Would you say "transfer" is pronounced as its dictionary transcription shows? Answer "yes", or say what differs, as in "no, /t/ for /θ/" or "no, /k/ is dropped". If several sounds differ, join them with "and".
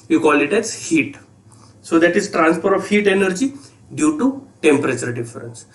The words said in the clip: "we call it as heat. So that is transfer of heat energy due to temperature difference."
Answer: no, /p/ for /f/